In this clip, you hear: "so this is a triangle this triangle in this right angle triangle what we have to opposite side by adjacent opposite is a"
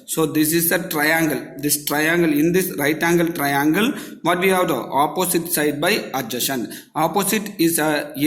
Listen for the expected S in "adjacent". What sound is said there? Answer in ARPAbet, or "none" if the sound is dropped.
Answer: SH